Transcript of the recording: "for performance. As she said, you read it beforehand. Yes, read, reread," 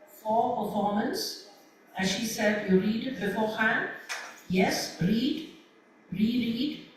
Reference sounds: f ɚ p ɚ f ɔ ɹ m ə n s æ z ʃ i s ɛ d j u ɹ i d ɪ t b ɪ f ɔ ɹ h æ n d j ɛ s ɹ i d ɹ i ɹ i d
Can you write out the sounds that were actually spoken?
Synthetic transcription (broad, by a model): f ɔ p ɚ f ɔ ɹ m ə n s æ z ʃ i s ɛ d j u ɹ i d ɪ t b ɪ f ɔ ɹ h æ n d j ɛ s ɹ i d ɹ i ɹ i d